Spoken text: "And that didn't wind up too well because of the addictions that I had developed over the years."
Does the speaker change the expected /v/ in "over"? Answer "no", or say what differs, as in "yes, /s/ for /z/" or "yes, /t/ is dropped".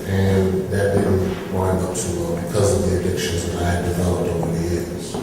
yes, /w/ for /v/